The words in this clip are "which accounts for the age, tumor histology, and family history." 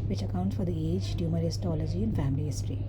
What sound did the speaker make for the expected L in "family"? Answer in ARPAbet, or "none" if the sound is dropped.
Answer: L